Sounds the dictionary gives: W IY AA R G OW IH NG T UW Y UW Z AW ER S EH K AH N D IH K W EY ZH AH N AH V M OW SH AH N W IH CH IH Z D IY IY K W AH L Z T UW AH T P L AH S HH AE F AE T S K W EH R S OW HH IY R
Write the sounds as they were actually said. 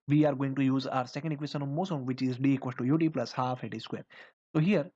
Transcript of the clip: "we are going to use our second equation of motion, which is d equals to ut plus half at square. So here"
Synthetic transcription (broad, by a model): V IY AA R G OW IH NG T UW Y UW Z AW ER S EH K AH N D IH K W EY S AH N AH V M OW S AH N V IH CH IH Z D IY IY K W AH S T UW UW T P L AH S HH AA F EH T S K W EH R S OW HH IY R